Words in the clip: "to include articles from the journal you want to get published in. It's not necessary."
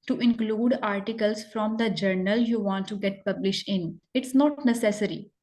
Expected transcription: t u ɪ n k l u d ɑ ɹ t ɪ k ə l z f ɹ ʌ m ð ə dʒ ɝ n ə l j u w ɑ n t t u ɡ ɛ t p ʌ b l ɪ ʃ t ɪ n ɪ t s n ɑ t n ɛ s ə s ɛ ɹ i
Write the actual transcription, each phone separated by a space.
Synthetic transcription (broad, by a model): t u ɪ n k l u d ɑ ɹ t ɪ k ə l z f ɹ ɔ m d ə dʒ ɝ n ə l j u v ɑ n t t u ɡ ɛ t p ʌ b l ɪ ʃ t ɪ n ɪ t s n ɑ t n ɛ s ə s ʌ ɹ i